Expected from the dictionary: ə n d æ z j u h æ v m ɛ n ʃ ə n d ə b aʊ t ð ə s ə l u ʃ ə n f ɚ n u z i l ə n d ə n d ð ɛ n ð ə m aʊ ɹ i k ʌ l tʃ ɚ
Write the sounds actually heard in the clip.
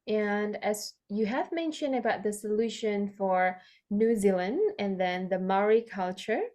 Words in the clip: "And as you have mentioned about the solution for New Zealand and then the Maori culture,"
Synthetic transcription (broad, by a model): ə n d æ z j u h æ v m ɛ n ʃ ə n d ə b aʊ t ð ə s ə l u ʃ ə n f ɚ n u z i l ə n d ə n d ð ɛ n ð ə m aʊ ɹ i k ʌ l tʃ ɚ